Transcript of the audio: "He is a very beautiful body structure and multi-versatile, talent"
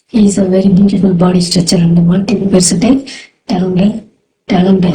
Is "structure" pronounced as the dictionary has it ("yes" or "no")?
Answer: no